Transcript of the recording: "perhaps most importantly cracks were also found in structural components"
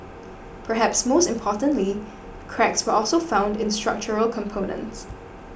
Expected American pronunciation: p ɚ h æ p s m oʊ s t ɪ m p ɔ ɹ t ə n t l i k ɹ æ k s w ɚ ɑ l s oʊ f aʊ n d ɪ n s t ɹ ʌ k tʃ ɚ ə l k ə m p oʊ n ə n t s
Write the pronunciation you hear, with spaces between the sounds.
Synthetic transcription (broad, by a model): p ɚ h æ p s m oʊ s t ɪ m p ɔ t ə n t l i k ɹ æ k s w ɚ ɑ l s oʊ f aʊ n d ɪ n s t ɹ ʌ k tʃ ɚ ə l k ə m p oʊ n ə n t s